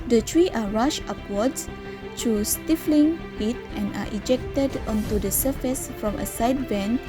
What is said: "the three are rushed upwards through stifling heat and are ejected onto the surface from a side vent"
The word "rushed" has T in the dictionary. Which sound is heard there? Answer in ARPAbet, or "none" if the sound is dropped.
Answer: none